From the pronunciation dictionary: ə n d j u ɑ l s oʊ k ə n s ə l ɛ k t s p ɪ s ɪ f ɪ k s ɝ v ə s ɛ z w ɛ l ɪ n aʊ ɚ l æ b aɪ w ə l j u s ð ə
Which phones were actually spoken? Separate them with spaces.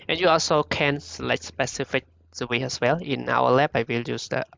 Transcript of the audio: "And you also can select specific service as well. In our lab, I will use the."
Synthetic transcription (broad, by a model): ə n j u ɑ l s oʊ k ə n s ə l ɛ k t s p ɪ s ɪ f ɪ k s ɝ w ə ɛ s w ɛ l ɪ n aʊ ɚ l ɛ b aɪ w ə l j u s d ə